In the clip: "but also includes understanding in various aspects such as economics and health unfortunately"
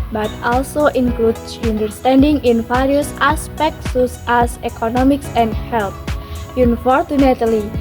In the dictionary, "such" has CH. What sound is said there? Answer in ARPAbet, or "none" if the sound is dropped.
S